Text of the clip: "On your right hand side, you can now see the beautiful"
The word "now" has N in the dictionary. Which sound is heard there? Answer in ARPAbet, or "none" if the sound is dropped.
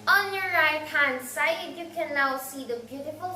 L